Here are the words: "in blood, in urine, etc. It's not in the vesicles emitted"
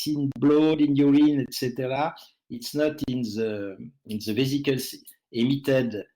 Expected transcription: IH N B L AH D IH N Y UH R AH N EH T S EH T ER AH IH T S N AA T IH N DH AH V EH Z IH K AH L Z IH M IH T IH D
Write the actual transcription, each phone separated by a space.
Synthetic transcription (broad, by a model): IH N B L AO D IH N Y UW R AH N EH T S EH T ER AH IH T S N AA T IH N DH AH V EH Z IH K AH L S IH M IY T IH D